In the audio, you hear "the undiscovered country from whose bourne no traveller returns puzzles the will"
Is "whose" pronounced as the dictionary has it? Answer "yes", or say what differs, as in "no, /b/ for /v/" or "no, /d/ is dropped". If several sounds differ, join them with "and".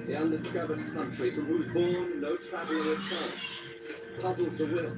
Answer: yes